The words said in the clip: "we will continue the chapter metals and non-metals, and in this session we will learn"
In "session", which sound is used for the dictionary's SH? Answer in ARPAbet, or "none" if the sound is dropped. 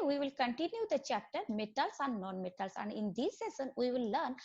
S